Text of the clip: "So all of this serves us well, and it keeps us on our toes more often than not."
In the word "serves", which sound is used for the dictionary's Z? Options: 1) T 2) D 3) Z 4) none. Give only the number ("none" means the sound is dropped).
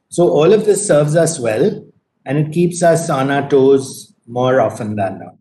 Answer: 3